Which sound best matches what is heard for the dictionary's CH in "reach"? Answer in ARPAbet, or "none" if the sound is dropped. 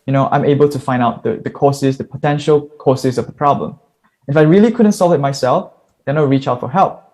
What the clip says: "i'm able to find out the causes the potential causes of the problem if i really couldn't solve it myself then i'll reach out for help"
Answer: CH